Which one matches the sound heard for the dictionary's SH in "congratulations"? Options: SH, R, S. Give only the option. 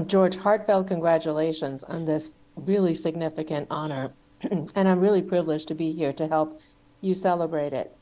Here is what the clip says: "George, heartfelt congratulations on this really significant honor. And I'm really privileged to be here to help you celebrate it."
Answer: SH